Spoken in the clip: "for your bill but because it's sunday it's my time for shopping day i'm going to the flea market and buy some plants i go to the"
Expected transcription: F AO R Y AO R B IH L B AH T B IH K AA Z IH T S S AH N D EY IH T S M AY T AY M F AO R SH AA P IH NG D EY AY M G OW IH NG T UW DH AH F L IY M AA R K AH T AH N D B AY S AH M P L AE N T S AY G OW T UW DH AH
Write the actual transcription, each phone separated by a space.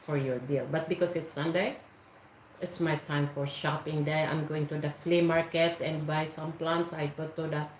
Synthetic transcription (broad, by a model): F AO R Y AO R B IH L B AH T B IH K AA S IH T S S AH N D EY IH T S M AY T AY M F AO R SH AA P IH NG D EY AY M G OW IH NG T UW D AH F L IY M AA R K AH T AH N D B AY S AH M P L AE N T S AY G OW T UW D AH